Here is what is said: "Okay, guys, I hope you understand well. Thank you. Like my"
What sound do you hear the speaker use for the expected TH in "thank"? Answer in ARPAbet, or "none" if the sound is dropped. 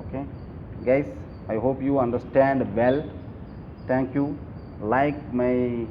T